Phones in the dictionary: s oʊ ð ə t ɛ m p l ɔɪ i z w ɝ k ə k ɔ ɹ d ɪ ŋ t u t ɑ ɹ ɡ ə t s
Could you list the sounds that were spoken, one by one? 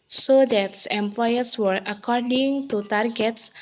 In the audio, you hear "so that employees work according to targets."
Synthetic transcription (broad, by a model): s oʊ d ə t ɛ m p l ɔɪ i s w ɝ ə k ɔ ɹ d ɪ ŋ t u t ɑ ɹ ɡ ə t s